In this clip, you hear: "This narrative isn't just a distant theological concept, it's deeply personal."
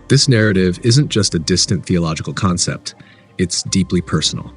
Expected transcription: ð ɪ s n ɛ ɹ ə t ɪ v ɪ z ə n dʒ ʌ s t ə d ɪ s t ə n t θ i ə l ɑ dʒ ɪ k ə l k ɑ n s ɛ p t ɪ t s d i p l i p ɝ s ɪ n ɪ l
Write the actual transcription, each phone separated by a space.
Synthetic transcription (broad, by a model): ð ɪ s n ɛ ɹ ə t ɪ v ɪ z ə n dʒ ʌ s t ə d ɪ s t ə n θ i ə l ɑ dʒ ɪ k l k ɑ n s ɛ p t ɪ t s d i p l i p ɝ s n l